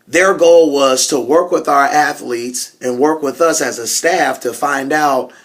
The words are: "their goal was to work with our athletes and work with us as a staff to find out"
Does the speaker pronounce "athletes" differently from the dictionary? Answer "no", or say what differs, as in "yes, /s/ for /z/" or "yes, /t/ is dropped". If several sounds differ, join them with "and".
no